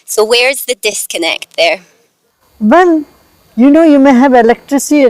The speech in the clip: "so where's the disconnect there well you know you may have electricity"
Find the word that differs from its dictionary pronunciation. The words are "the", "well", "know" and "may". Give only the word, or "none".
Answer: well